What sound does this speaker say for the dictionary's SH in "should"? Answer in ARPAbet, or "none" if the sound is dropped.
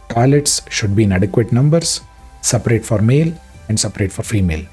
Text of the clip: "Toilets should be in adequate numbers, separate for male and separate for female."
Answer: SH